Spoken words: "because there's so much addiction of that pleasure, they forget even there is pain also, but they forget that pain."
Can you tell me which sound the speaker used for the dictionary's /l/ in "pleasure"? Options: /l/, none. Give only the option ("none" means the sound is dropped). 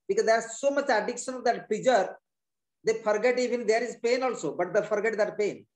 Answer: none